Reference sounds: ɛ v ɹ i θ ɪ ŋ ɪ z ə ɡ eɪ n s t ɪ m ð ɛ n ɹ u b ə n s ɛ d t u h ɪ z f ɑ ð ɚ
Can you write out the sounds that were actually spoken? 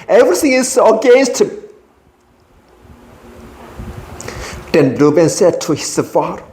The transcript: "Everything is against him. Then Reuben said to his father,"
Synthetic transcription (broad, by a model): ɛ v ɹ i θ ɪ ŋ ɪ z ə ɡ eɪ n s t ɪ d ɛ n l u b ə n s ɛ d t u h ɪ s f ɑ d